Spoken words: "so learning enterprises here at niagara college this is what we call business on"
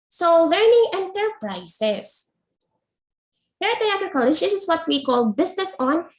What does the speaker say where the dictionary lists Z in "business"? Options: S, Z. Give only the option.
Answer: S